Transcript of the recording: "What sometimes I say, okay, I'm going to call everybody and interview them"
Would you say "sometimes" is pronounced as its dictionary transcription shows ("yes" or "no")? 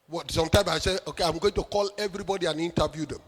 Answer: no